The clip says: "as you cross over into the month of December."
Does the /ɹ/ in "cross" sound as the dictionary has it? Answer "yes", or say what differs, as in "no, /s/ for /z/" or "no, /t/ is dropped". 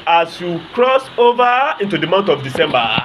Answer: yes